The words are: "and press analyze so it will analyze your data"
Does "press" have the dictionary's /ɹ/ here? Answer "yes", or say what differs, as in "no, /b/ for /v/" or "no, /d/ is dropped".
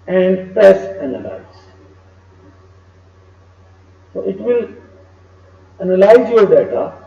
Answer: no, /ɹ/ is dropped